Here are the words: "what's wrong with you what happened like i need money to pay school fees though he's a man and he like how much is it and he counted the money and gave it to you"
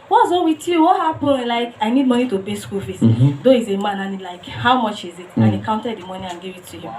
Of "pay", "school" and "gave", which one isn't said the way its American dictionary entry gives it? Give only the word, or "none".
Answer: pay